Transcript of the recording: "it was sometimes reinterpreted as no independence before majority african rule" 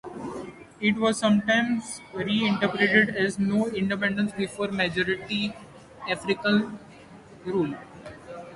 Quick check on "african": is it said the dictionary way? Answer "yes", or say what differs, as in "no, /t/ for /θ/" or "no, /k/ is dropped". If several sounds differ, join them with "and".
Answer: no, /l/ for /n/